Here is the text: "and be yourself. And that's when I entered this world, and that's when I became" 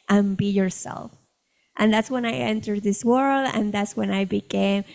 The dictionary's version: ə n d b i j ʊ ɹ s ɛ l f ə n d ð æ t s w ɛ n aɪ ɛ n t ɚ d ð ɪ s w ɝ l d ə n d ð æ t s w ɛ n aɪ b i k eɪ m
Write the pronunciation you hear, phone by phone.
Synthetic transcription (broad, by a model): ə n b i j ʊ ɹ s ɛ l f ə n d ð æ t s w ɛ n aɪ ɛ n t ɚ d ð ɪ s w ɝ l d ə n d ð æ t s w ɛ n aɪ b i k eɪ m